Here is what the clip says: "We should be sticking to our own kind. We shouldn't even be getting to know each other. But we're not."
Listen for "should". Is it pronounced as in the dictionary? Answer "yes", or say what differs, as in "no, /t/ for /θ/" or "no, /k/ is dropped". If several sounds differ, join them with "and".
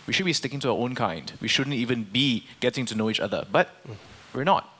yes